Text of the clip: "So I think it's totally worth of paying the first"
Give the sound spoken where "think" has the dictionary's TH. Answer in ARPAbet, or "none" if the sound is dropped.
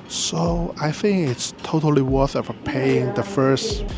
TH